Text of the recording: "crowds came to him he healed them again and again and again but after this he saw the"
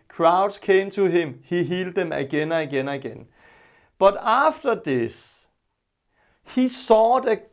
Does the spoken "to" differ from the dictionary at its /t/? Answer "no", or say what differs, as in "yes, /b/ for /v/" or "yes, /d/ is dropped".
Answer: yes, /s/ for /t/